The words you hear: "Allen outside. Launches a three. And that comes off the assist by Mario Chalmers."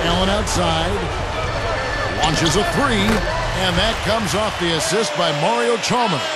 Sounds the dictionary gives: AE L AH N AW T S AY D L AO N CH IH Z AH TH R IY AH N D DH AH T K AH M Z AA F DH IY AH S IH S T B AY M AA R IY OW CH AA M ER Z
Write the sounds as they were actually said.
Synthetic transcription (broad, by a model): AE L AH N AW T S AY D L AO N CH IH Z AH TH R IY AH N DH AH T K AH M Z AA F DH IY AH S IH S T B AY M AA R IY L CH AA M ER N